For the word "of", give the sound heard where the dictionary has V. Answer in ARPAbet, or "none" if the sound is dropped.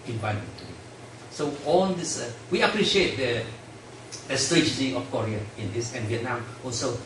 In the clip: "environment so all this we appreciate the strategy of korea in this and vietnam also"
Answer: F